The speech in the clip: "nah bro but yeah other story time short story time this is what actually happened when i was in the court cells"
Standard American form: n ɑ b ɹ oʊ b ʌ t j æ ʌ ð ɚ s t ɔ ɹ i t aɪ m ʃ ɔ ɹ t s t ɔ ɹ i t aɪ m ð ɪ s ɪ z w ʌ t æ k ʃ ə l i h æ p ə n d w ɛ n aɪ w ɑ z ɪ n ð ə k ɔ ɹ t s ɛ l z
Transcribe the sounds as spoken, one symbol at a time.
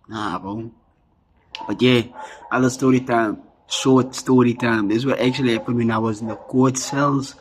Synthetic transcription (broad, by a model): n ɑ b oʊ b ʌ t j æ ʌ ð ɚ s t ɔ ɹ i t aɪ m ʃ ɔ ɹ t s t ɔ ɹ i t aɪ m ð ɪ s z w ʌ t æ k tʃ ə l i h æ p ə n d w ɛ n aɪ w ɑ z ɪ n ð ə k ɔ ɹ t s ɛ l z